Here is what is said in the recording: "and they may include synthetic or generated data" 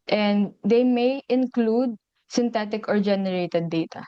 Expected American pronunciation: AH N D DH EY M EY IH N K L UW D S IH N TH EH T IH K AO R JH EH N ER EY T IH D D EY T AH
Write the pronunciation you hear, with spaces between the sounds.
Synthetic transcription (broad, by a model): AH N D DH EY M EY IH N K L UW D S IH N T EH T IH K AO R JH EH N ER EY T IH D D EY T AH